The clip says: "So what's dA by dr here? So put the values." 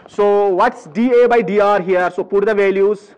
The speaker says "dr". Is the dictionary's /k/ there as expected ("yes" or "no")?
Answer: no